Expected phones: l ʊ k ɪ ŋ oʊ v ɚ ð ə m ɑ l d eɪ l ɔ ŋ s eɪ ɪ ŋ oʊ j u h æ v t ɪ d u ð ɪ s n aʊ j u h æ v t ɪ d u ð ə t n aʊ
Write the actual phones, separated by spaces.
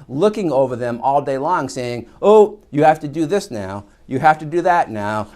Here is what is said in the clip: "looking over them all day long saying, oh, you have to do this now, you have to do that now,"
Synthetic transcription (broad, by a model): l ʊ k ɪ ŋ oʊ v ɚ ð ə m ɑ l d eɪ l ɔ ŋ s eɪ ɪ ŋ oʊ j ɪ h æ f t ɪ d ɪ ð ɪ s n aʊ j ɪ h æ f t ɪ d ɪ ð ə t n aʊ